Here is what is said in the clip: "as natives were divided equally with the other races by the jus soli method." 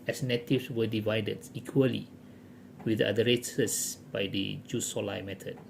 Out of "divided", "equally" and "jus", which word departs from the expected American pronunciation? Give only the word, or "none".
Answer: none